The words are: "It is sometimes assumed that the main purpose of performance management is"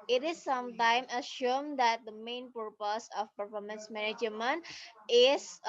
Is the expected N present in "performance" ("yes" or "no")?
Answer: yes